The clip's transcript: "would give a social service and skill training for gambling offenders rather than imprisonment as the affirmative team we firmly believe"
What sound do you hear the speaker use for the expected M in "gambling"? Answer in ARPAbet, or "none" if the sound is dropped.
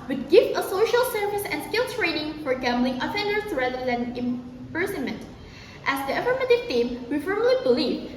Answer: M